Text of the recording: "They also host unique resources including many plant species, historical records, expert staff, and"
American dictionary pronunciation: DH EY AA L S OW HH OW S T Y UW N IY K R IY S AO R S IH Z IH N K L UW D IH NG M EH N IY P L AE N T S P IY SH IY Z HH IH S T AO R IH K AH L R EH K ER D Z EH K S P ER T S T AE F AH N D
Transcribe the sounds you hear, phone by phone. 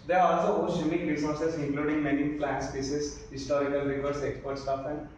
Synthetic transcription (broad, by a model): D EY AA L S OW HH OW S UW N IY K R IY S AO R S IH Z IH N K L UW D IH NG M EH N IY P L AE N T S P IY S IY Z HH IH S T AO R IH K AH L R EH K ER D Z EH K S P ER T S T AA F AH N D